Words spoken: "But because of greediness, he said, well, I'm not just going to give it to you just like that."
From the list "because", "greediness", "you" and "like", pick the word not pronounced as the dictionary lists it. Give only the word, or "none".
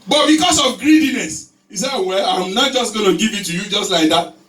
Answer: because